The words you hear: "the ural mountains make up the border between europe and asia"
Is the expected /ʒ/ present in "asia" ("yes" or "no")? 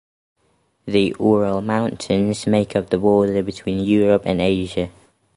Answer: yes